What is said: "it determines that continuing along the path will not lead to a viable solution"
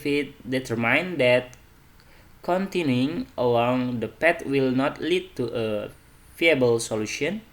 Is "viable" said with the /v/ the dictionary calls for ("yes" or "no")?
no